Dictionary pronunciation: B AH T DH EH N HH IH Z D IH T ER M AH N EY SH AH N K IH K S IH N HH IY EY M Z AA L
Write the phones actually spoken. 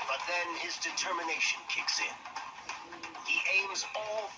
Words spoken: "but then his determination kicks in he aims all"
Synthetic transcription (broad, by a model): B AH T DH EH N IH Z D IH T ER M AH N EY SH AH N K IH K S IH N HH IY EY M Z AA L